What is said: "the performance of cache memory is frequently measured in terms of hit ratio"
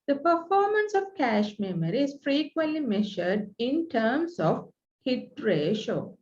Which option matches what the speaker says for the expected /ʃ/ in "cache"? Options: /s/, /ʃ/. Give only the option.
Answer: /ʃ/